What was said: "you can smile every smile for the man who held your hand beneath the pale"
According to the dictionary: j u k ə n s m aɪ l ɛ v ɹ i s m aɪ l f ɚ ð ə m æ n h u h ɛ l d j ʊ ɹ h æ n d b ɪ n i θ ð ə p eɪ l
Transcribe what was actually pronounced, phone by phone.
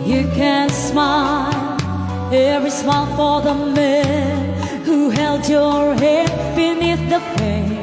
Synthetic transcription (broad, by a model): j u k ə n s m aɪ l ɛ v ɹ i s m aɪ l f ɚ ð ə m æ n h u h ɛ l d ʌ ɹ h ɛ d b ɪ n i θ ð ə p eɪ